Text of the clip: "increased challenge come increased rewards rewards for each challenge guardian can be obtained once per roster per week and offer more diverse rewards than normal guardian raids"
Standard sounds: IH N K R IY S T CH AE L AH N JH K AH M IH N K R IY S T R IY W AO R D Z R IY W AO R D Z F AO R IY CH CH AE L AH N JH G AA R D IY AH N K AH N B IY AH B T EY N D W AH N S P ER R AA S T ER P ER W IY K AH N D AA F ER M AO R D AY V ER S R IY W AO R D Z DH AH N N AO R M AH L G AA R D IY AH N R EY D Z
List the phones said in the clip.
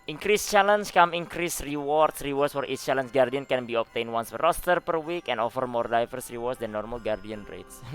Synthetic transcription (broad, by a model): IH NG K R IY S CH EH L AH N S K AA M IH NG K R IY S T R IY W AO R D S R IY W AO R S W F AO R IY S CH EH L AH N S G AA R D IY AH N K AH N B IY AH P T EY N W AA N S F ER R AA S T ER P ER W IY K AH N AA F ER M AO R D AY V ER S R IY W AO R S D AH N N AO R M AH L G AA R D IY AH N R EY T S